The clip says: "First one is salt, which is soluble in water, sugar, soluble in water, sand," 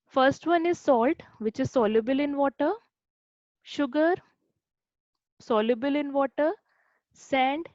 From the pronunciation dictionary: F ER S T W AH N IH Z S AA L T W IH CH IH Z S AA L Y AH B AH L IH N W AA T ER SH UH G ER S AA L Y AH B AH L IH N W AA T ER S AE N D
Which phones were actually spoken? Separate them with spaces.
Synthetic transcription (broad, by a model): F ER S T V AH N IH Z S AA L T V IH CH IH Z S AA L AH B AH L IH N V AA T ER SH UH G ER S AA L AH B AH L IH N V AA T ER S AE N D